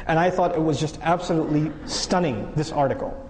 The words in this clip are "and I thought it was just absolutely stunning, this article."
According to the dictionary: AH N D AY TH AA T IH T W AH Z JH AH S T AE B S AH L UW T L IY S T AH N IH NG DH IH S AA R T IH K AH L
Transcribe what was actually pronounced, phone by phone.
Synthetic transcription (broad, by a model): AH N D AY TH AA T IH T W AH Z JH AH S T AE B S AH L UW T L IY S T AH N IH NG DH IH S AA R T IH K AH L